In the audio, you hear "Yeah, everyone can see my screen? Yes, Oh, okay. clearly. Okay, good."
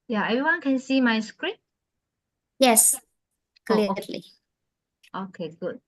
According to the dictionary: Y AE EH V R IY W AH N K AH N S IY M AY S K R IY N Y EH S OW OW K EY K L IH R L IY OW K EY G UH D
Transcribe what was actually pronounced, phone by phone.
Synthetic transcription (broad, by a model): Y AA EH V R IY W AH N K AH N S IY M AY S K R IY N Y EH S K K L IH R L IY OW K EY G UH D